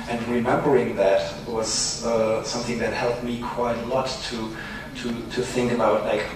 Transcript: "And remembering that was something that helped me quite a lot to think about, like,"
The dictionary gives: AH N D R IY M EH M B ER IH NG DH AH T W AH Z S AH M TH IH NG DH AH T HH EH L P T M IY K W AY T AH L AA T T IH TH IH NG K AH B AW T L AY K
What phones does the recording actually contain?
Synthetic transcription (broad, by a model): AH N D R IY M EH M B ER IH NG DH AH T W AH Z S AH M TH IH NG DH AH T HH EH L P T M IY K W AY T AH L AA T T IH TH IH NG K AH B AW T L AY K